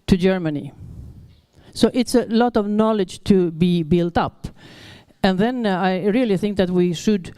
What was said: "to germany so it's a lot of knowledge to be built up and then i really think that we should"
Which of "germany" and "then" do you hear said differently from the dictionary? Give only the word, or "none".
none